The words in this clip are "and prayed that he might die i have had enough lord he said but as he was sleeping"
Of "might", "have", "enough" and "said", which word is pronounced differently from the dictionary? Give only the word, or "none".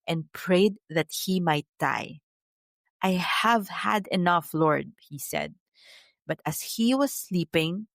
none